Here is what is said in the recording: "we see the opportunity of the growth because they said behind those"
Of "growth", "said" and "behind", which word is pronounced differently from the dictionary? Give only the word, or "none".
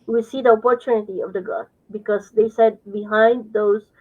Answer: growth